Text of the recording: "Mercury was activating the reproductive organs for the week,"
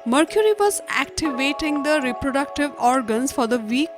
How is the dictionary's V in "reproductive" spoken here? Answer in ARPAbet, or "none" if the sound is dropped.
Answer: V